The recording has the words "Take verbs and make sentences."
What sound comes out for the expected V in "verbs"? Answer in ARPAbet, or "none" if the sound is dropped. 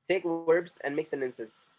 W